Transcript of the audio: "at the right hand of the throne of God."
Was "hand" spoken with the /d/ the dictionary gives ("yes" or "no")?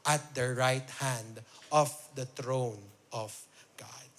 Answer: yes